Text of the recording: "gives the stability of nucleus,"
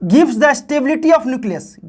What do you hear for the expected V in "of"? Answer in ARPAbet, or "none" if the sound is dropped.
P